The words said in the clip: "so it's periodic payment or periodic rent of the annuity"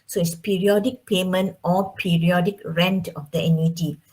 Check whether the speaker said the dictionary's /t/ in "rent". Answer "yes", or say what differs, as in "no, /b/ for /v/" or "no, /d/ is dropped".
yes